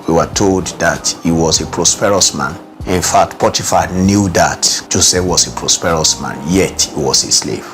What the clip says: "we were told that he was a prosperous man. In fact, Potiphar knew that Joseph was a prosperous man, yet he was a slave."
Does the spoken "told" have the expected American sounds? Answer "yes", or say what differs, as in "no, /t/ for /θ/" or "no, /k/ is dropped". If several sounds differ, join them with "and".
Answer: yes